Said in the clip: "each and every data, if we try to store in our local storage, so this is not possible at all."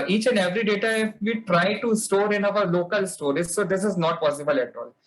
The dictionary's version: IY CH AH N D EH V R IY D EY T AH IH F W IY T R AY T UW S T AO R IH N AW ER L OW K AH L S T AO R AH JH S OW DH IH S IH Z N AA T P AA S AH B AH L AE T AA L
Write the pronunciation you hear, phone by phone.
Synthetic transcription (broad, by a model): IY CH AH N D EH V R IY D EY T AH IH F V IY T R AY T UW S T AO R IH N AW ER L OW K AH L S T AO R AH Z S OW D IH S IH Z N AA T P AA S AH B AH L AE T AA L